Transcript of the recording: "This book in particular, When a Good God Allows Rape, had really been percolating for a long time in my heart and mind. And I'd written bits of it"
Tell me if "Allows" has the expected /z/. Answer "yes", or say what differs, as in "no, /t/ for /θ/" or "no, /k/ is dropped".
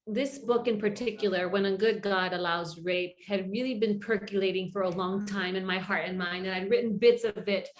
yes